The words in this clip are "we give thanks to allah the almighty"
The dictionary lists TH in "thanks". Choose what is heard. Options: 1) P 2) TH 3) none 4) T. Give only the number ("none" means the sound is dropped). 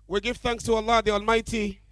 2